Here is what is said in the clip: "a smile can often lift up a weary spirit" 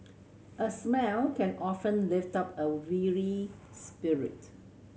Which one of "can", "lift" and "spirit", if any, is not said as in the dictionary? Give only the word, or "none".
none